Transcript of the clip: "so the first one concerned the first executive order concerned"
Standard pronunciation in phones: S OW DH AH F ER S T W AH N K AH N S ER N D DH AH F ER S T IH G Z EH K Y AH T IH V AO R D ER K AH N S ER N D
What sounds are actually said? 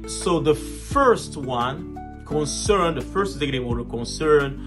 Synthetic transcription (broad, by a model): S OW DH AH F ER S T W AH N K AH N S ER N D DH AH F ER S T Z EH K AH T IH W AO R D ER K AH N S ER N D